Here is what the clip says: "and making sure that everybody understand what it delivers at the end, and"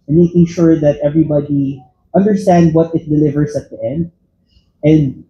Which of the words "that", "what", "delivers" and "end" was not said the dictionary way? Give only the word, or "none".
delivers